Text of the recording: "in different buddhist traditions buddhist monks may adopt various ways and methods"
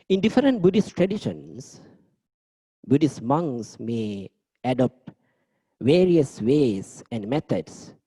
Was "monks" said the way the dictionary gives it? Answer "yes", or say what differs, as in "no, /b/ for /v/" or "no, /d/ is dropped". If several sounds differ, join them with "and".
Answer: no, /k/ is dropped